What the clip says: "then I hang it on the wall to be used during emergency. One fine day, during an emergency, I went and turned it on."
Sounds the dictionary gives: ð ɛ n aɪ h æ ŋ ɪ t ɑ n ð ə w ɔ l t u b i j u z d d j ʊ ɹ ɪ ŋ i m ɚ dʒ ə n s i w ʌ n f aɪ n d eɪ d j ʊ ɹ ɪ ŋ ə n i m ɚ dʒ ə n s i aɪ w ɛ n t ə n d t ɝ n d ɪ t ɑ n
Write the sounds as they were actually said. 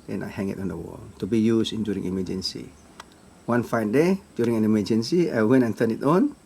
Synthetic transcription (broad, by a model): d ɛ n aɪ h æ ŋ ɪ t ɑ n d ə w ɔ l t u b i j u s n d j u ɹ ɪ ŋ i m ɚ dʒ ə n s i w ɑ n f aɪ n d eɪ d j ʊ ɹ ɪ ŋ ə n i m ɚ dʒ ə n s i aɪ w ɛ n ə n t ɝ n ɪ t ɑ n